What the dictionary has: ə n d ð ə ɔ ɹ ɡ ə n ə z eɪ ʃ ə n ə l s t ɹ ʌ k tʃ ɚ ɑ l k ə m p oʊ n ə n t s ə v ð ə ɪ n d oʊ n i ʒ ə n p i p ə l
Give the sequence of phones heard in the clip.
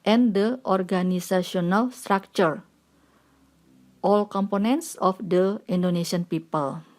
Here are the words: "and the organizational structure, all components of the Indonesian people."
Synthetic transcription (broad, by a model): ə n d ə ɔ ɹ ɡ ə n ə s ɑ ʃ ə n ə l s t ɹ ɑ k tʃ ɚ ɑ l k ə m p oʊ n ə n t s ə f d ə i n d oʊ n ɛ ʃ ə n p i p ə l